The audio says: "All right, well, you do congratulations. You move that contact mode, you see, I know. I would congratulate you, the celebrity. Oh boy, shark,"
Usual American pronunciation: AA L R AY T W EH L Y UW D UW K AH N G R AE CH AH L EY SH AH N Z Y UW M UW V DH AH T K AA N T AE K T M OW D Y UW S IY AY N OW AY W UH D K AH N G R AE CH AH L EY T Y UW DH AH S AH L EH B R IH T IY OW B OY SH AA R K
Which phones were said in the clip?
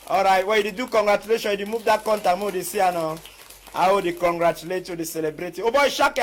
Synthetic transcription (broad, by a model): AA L R AY T W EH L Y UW D UW K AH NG G R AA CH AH L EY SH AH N Y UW M UW V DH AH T K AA N T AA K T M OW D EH S IY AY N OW AY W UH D K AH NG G R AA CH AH L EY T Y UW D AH S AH L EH B R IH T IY OW B OY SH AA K